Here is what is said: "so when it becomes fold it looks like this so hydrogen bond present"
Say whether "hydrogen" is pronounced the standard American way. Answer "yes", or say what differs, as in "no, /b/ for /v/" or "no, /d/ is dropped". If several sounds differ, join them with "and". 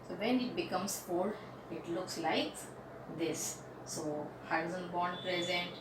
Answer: no, /z/ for /dʒ/